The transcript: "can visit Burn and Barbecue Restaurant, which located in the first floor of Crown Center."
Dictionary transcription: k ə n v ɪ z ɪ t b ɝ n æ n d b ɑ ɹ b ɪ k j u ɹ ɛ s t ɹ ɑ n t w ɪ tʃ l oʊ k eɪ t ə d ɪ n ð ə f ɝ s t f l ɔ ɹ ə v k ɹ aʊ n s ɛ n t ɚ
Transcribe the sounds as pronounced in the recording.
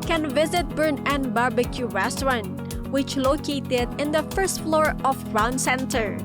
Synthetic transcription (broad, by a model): k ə n v ɪ z ɪ t b ɝ n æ n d b ɑ ɹ b ɪ k j u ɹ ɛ s t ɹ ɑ n w ɪ tʃ l oʊ k eɪ t ə d ɪ n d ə f ɝ s t f l ɔ ɹ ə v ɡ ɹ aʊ n s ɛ n t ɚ